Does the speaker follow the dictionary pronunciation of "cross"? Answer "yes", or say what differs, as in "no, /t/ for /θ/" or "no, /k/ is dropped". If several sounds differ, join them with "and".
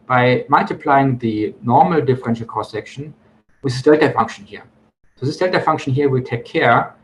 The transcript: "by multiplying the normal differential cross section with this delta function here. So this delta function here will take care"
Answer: no, /ɹ/ is dropped